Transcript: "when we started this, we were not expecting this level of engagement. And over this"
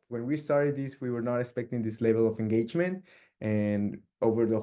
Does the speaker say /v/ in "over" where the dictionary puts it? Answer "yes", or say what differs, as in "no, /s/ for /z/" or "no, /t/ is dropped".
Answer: yes